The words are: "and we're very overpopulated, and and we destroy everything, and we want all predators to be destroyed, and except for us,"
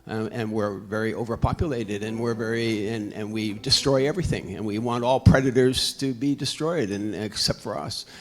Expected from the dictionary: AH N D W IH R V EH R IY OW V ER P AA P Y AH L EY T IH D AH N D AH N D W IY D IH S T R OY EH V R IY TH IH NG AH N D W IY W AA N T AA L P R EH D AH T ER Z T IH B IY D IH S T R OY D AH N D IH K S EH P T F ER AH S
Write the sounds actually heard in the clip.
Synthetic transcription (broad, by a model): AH N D W IH R V EH R IY OW V ER P AA P Y AH L EY T IH D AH N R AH N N W IY D IH S T R OY EH V R IY TH IH NG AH N W IY W AA N T AA L P R EH D AH T ER Z T IH B IY D IH S T R OY D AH N IH K S EH P T F ER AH S